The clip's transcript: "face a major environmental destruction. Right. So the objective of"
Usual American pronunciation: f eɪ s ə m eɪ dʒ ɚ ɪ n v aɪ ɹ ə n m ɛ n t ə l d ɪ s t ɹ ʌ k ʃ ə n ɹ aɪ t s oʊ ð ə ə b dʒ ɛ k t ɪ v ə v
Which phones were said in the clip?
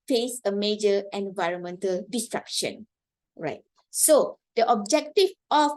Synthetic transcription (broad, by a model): f eɪ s ə m eɪ dʒ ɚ ɪ n v aɪ ɹ ə n m ɛ n t ə l d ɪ s t ɹ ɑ k ʃ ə n ɹ aɪ t s oʊ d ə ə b dʒ ɛ k t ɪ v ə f